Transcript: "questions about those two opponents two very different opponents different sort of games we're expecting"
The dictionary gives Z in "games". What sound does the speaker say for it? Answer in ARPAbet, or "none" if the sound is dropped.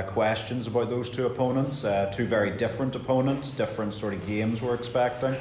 Z